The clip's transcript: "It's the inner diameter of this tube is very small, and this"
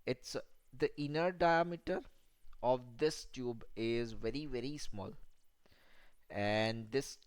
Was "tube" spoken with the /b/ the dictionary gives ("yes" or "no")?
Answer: yes